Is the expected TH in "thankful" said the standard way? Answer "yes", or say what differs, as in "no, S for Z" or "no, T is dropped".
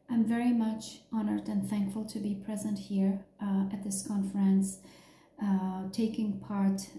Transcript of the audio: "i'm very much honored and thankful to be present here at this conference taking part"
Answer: yes